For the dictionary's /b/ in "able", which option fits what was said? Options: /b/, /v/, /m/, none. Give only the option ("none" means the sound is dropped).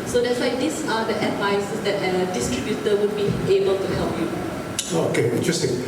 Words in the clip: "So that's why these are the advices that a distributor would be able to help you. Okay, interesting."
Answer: /b/